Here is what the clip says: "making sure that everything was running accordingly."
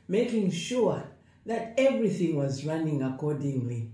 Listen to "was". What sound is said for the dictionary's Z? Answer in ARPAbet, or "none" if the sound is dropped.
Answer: Z